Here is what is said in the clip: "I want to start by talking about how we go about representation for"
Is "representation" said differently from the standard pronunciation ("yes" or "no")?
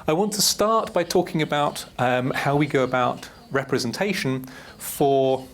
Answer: no